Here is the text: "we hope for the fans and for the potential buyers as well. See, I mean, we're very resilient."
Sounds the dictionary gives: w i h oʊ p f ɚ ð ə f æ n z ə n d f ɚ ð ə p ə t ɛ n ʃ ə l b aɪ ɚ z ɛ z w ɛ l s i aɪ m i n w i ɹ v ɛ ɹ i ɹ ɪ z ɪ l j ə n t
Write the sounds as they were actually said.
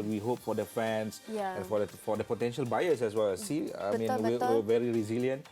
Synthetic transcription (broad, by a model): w i h oʊ p f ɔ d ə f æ n s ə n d f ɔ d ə p ə t ɛ n ʃ ə l b aɪ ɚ s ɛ s w ɛ l s i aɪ m i n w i w v ɛ ɹ i ɹ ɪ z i l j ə n t